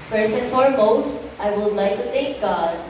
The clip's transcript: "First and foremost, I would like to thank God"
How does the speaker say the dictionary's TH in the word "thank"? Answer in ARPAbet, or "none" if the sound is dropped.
T